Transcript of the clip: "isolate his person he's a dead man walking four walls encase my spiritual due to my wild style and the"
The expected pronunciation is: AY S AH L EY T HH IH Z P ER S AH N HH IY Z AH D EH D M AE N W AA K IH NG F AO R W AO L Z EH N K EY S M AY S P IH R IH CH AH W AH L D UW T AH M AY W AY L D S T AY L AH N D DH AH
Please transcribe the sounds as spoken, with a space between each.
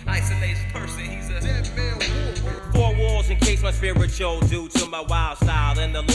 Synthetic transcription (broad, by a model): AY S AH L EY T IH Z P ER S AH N HH IY Z AH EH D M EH L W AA IH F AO R W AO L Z EH N K EY S M AY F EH IH R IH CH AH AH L D UW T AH M AY W AY L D S T AY L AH N DH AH